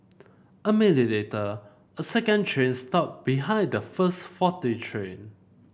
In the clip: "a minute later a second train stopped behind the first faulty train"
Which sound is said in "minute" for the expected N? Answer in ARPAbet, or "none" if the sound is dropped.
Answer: L